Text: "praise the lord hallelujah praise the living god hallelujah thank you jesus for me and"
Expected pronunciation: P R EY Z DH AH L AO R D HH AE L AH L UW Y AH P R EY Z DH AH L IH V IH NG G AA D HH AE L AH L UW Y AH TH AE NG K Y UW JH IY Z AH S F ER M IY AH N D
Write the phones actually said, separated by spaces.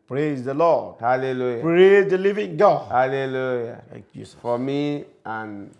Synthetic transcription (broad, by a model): P R EY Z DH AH L AO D HH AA L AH L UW Y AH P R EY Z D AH L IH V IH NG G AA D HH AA L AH L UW Y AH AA K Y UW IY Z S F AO M IY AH N